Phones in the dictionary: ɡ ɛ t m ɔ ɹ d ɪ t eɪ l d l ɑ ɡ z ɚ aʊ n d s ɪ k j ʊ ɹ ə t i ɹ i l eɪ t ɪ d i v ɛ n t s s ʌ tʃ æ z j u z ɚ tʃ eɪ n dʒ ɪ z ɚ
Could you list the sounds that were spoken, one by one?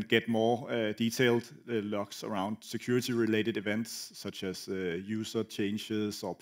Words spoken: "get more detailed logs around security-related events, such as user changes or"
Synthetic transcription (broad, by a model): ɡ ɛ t m ɔ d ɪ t eɪ l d l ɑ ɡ s ɚ aʊ n d s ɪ k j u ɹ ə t i ɹ i l eɪ t ɪ d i v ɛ n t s s ʌ tʃ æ s j u s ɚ tʃ eɪ n ʃ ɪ s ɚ